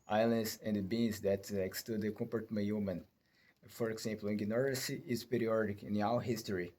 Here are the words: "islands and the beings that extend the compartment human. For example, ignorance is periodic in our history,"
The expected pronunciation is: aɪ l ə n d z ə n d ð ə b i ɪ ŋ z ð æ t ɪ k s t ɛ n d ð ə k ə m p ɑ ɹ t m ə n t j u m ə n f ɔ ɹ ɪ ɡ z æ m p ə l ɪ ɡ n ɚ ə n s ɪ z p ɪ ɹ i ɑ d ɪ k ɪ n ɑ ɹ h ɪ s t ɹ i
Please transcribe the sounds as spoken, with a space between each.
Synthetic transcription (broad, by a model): aɪ l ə n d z ə n d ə b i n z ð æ t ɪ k s t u d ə k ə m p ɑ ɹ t m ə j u m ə n f ɔ ɹ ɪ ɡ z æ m p l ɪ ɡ n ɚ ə s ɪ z p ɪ ɹ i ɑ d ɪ k ɪ n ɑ w h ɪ s t ɹ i